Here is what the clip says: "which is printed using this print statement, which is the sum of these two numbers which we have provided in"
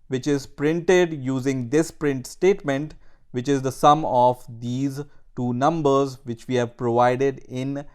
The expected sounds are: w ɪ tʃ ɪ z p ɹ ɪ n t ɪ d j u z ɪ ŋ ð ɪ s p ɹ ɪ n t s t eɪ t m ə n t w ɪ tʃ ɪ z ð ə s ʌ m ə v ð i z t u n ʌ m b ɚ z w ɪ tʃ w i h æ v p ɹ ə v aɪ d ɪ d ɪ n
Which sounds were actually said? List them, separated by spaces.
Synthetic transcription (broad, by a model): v ɪ tʃ ɪ z p ɹ ɪ n t ɪ d j u z ɪ ŋ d ɪ s p ɹ ɪ n t s t eɪ t m ə n t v ɪ tʃ ɪ z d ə s ʌ m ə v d i z t u n ʌ m b ɚ z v ɪ tʃ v i h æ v p ɹ ə v aɪ d ɪ d ɪ n